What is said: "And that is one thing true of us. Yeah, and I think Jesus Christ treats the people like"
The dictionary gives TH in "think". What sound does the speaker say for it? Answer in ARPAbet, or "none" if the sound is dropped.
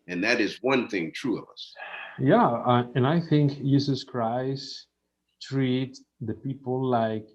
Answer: TH